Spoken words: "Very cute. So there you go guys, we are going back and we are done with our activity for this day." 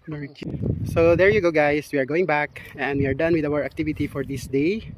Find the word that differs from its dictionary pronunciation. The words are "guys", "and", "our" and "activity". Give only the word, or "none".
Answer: guys